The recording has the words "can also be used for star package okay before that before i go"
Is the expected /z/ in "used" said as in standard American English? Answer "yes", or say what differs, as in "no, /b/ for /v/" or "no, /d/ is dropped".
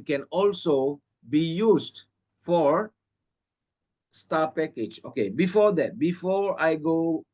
no, /s/ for /z/